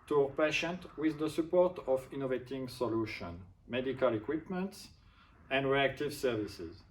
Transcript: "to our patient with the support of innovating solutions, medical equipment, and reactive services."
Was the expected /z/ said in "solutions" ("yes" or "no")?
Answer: no